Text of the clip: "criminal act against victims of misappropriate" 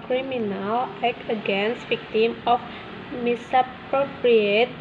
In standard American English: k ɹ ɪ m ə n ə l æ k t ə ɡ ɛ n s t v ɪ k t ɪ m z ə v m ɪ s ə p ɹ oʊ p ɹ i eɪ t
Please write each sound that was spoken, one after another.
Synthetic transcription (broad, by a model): k ɹ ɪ m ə n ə l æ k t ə ɡ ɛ n s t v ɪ k t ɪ m ə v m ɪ s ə p ɹ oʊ p ɹ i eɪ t